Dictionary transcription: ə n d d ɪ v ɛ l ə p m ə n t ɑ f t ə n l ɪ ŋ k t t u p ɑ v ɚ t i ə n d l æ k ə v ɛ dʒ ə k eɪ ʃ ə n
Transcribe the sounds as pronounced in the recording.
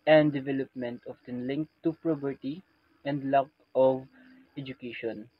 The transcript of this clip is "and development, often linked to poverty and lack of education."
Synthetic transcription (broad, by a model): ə n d d ɪ v ɛ l ə p m ə n t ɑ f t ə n l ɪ ŋ k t t u p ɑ p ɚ t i ə n d l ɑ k ə v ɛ dʒ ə k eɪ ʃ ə n